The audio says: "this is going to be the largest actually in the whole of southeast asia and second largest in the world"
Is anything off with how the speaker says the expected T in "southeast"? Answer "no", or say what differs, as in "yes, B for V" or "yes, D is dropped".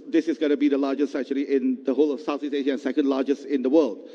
yes, T is dropped